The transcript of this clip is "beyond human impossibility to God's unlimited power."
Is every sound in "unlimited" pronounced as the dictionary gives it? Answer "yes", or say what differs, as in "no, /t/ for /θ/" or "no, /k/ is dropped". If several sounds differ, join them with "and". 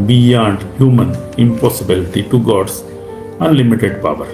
yes